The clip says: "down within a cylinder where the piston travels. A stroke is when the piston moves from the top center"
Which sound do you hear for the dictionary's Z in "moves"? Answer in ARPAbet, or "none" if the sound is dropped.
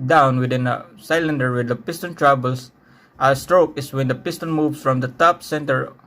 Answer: S